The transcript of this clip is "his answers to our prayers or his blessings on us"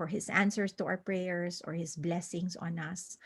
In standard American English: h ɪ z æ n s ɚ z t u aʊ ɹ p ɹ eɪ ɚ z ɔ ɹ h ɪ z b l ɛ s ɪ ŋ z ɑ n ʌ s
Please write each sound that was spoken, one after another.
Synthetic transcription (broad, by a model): h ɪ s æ n s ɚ s t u aʊ ɹ p ɹ eɪ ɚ s ɔ ɹ h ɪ s b l ɛ s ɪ ŋ s ɑ n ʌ s